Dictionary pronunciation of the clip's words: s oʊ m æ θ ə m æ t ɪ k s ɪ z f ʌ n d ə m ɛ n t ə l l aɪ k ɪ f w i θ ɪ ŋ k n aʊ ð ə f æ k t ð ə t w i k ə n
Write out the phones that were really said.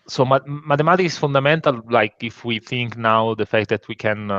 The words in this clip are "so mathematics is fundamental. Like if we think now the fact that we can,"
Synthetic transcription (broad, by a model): s oʊ m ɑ t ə m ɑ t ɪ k ɪ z f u n d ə m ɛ n t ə l l aɪ k ɪ f w i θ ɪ ŋ k n aʊ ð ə f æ k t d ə t w i k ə n